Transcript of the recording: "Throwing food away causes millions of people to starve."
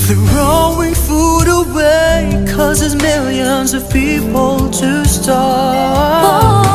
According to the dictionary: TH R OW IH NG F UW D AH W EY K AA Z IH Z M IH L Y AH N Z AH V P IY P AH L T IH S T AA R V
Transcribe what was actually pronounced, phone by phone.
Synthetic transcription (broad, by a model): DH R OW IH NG F UW D AH W EY K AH Z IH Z M IH L Y AH N Z AH V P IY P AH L T IH S T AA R